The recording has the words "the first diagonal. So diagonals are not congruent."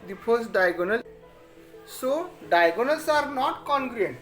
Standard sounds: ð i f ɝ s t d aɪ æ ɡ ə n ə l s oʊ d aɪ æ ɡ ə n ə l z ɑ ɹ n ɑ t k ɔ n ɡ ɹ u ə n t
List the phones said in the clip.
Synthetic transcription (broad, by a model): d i p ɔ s d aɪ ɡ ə n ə l s oʊ d aɪ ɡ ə n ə l s ɑ ɹ n ɑ t k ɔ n ɡ ɹ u n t